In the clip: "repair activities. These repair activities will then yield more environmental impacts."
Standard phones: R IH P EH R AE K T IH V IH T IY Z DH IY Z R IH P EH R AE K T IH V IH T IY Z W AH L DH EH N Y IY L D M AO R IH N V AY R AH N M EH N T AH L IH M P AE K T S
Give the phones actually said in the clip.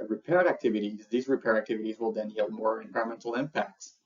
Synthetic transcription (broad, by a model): R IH P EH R AE K T IH V IH T IY Z DH IY Z R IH P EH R AE K T IH V IH T IY Z W AH L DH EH N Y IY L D M AO R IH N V AY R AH M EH N T L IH M P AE K T S